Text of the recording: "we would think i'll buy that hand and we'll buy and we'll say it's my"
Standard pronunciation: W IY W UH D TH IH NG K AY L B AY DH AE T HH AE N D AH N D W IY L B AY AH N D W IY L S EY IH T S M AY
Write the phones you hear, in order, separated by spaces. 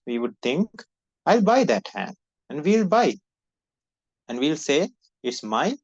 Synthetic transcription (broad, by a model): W IY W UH D T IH NG K AY L B AY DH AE T HH AE N D AH N D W IY L B AY AH N D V IY L S EY IH T S M AY